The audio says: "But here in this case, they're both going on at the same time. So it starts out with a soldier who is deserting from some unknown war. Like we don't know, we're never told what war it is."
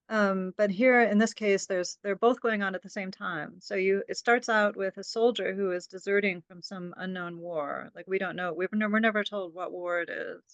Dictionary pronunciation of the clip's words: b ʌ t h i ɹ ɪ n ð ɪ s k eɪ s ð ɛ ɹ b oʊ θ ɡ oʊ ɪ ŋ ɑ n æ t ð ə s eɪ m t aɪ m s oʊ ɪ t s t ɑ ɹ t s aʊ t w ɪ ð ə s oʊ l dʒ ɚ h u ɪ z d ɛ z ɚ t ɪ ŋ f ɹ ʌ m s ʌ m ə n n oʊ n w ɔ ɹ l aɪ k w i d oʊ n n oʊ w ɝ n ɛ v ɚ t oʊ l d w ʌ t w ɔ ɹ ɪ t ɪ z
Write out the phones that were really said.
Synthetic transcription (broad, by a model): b ʌ t h i ɹ ɪ n ð ɪ s k eɪ s ð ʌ ɹ b oʊ θ ɡ oʊ ɪ ŋ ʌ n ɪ t ð ə s eɪ m t aɪ m s oʊ ɪ t s t ɑ ɹ t s aʊ t w ɪ ð ə s oʊ l dʒ ɚ h u ɪ z d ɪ z ɚ t ɪ ŋ f ɹ ʌ m s ʌ m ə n n oʊ n w ɔ ɹ l aɪ k w i d oʊ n n oʊ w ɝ n ɛ v ɚ t oʊ l d w ʌ t w ɔ ɹ ɪ t ɪ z